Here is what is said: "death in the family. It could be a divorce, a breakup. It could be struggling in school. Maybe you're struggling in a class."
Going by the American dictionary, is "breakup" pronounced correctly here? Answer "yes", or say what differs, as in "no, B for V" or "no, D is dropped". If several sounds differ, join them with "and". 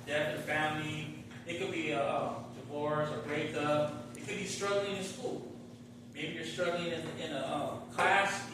no, K is dropped and P is dropped